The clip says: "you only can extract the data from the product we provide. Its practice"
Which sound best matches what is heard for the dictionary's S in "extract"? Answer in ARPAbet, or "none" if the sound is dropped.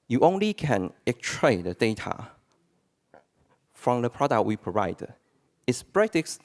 none